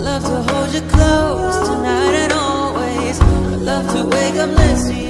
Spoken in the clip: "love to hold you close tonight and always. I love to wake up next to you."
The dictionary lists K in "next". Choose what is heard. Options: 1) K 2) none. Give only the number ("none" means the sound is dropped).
2